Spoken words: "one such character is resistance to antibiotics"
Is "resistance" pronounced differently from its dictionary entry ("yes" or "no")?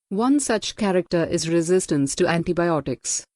no